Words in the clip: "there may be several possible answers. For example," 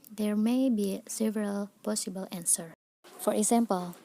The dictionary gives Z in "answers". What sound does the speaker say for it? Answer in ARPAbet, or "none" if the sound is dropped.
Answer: none